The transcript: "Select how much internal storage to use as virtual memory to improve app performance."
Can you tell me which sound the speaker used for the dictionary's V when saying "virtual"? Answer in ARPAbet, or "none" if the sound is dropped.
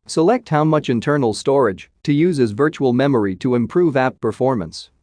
V